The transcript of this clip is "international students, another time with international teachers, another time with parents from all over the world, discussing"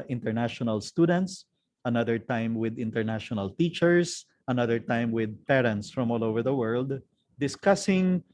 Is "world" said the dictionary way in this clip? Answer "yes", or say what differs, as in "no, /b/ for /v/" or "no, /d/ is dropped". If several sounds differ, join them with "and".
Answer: yes